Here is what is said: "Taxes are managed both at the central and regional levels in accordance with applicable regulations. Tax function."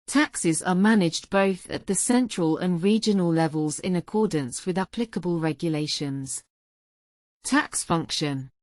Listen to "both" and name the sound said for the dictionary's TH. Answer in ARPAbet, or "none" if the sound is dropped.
TH